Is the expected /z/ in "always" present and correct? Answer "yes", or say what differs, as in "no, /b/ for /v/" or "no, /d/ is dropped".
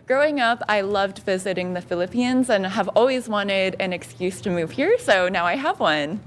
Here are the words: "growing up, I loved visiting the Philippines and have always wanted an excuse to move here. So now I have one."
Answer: yes